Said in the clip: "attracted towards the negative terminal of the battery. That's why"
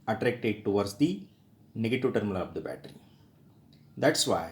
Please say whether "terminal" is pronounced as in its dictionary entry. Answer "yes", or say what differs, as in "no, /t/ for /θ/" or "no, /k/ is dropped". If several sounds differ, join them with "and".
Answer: no, /l/ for /n/